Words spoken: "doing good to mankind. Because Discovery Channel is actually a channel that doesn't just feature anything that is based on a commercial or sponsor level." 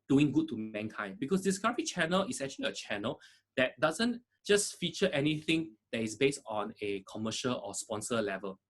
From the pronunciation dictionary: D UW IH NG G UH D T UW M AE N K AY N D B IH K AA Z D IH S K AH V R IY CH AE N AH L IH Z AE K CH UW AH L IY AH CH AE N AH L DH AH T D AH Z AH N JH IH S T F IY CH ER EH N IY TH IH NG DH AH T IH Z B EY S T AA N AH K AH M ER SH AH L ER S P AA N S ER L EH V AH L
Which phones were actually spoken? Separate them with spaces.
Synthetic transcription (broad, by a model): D UW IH NG G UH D T UW M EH N K AY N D B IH K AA S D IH S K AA R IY CH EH N AH L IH S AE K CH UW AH L IY AH CH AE N AH L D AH T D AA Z AH N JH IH S F IY CH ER EH N IY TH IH NG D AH T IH S B EY S T AA N AH K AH M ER SH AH L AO S P AA N S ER L EH V AH L